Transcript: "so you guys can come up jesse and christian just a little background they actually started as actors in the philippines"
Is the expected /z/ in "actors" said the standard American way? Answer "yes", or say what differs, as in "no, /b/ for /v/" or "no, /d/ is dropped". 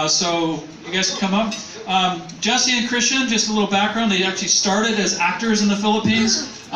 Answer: yes